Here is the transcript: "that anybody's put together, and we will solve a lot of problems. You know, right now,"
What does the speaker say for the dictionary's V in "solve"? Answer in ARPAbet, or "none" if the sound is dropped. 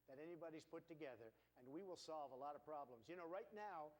V